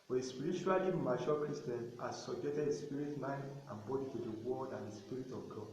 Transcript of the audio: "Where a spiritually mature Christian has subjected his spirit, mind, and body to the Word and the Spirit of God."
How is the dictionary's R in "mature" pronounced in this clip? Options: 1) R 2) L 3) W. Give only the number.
2